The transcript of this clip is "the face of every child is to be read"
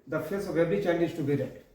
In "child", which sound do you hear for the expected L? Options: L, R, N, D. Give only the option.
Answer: N